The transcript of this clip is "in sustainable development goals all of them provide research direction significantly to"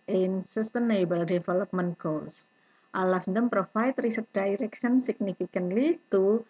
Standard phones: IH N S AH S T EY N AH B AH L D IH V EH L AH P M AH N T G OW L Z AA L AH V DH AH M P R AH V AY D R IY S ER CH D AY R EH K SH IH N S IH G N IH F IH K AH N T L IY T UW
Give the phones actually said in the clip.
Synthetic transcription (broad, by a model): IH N S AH S T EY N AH B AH L D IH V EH L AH P M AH N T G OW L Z AA L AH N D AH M P R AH F AY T R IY S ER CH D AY R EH K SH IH N S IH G N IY F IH K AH N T L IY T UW